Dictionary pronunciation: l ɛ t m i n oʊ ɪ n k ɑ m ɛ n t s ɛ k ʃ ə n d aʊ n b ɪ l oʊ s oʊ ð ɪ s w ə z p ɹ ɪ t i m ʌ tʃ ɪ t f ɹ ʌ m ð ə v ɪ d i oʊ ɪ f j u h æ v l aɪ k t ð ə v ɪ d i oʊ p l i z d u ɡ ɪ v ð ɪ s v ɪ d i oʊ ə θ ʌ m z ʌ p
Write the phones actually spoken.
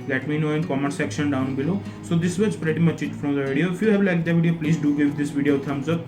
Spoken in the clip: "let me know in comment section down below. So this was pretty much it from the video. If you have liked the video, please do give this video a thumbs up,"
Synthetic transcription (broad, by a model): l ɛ t m i n oʊ ɪ n k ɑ m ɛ t s ɛ k ʃ ə n d aʊ n b ɪ l oʊ s oʊ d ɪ s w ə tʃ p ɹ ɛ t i m ʌ tʃ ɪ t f ɹ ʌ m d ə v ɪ d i oʊ ɪ f j u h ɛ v l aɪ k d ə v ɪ d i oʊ p l i z d u ɡ ɪ v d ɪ s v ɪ d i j ə t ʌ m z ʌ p